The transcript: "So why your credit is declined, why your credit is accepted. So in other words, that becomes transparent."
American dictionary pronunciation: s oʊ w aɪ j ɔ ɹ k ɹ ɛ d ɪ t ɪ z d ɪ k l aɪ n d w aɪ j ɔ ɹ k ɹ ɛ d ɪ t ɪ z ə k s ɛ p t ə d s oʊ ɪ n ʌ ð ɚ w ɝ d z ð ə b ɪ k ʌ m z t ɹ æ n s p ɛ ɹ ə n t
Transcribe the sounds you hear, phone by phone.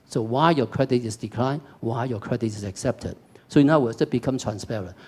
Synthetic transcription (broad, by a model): s oʊ w aɪ j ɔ k ɹ ɛ d ɪ t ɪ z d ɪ k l aɪ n w aɪ j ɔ k ɹ ɛ d ɪ t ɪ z ə k s ɛ p t ə d s oʊ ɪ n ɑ ʊ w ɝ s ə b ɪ k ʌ m t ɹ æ n s p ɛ ɹ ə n